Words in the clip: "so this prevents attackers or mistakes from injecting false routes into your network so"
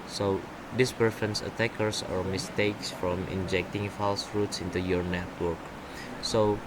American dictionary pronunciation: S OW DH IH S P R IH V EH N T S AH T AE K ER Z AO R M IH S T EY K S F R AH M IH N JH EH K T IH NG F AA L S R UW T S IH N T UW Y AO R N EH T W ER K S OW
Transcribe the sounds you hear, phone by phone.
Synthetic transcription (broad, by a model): S OW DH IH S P IH F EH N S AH T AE K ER S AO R M IH S T EY K S F R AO M IH N JH EH K T IH NG F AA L S R UW T S IH N T UW Y AO R N EH T W ER K S OW